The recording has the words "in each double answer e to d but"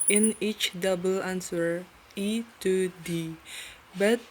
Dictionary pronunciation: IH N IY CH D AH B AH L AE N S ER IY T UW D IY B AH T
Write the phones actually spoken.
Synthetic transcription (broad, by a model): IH N IY CH D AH B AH L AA N S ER IY T UW D IY B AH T